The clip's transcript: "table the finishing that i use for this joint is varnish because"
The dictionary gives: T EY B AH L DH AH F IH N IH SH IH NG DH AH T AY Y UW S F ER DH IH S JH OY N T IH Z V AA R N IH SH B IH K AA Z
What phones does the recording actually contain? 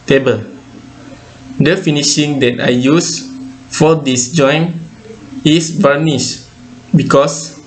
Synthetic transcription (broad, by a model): T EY B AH L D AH F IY N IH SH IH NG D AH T AY Y UW S F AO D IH S JH OY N IH S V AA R N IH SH B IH K AA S